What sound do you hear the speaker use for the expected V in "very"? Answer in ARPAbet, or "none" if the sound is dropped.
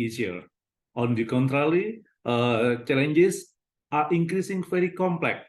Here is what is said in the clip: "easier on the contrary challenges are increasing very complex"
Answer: F